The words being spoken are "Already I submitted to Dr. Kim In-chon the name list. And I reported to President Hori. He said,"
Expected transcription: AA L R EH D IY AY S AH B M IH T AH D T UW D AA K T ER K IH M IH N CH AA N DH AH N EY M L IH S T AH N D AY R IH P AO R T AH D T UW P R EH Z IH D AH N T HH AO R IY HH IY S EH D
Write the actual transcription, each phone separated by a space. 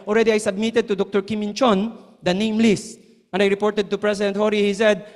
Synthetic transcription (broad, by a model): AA L R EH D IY AY S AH B M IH T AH D T UW D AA K T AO K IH M IH N CH AA N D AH N EY M L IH S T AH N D AY R IH P AO R T AH D T UW P R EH S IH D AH N T HH AO R IY HH IY S EH D